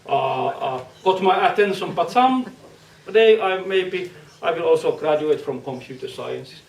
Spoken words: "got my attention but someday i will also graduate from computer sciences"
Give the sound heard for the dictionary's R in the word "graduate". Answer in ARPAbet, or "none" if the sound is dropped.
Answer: R